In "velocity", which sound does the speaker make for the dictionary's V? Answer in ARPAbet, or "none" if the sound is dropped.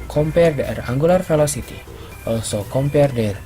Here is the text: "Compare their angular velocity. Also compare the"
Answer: F